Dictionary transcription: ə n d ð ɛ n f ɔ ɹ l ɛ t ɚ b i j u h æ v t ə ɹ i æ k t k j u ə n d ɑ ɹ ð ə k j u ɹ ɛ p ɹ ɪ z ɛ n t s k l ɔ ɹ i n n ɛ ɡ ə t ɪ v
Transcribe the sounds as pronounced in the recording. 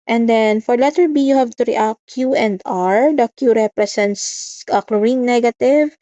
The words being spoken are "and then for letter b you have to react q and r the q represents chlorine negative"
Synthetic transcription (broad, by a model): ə n d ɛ n f ɔ ɹ l ɛ t ɚ b i j u h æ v t ə ɹ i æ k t k j u ə n d ɑ ɹ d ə k j u ɹ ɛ p ɹ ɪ s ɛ n t s k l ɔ ɹ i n n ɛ ɡ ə t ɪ v